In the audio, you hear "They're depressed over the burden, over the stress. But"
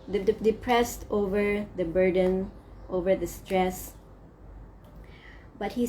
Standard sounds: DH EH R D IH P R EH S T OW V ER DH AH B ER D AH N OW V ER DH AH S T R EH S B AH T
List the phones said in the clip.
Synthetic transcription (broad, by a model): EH D IH P R EH S T OW V ER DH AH B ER D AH N OW V ER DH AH S T R EH S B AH T